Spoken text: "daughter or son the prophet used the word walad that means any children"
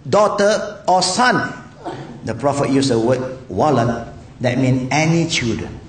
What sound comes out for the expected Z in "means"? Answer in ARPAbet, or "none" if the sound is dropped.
none